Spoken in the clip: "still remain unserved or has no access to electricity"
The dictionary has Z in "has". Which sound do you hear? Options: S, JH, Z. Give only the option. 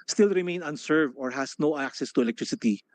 S